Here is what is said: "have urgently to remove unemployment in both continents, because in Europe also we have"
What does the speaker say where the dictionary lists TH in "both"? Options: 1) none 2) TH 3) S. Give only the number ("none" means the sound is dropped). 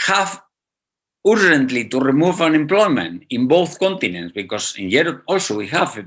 2